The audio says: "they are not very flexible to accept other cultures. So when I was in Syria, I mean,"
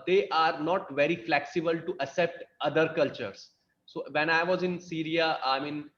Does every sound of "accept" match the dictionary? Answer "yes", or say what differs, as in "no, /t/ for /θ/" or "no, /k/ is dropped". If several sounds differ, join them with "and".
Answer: no, /k/ is dropped